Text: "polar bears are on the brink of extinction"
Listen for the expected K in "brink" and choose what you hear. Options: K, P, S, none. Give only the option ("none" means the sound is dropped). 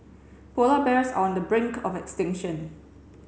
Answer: K